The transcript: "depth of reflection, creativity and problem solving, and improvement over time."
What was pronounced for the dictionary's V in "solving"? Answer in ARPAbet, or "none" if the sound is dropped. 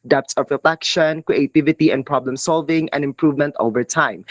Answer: V